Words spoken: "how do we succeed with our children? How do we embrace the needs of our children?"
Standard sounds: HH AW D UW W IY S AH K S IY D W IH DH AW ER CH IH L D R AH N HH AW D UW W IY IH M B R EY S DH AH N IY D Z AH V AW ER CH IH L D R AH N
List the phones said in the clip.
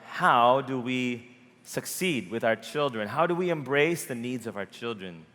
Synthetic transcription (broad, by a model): HH AW D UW W IY S AH K S IY D W IH DH AW ER CH IH L D R AH N HH AW D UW W IY IH M B R EY S DH AH N IY D Z AH V AW ER CH IH L D R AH N